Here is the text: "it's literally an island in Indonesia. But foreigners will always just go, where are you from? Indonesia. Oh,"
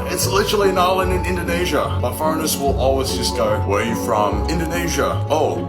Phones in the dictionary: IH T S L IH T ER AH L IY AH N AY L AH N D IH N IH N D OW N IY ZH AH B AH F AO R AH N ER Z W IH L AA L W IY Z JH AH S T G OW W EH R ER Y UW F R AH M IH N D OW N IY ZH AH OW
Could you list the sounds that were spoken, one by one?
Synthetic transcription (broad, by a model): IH T S L IH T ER L IY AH N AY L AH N IH N IH N D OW N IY ZH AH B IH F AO AH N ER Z W IH L AA L W IY Z JH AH S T G OW W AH R Y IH F R AH M IH N D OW N IY ZH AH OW